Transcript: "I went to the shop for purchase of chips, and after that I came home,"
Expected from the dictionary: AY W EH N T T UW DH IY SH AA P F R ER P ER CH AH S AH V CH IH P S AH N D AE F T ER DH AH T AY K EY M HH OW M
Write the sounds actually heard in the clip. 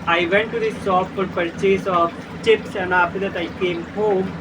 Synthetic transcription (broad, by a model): AY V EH N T T UW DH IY S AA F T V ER P ER CH AH S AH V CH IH P S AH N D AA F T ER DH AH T AY K EY M HH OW M